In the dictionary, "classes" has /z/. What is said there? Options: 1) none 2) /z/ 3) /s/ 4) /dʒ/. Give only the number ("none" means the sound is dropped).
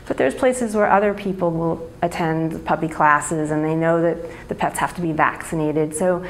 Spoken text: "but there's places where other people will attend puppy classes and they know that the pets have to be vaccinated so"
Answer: 2